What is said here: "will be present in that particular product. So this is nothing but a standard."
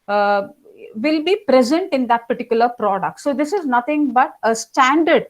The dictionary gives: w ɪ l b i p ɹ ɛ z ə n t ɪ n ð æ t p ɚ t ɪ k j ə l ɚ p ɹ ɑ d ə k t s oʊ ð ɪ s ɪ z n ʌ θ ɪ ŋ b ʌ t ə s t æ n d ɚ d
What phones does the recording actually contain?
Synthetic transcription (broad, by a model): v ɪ l b i p ɹ ɛ z ə n t ɪ n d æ t p ɚ t ɪ k j ə l ɚ p ɹ ɑ d ə k t s oʊ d ɪ s ɪ z n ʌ t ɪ ŋ b ʌ t ə s t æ n d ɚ d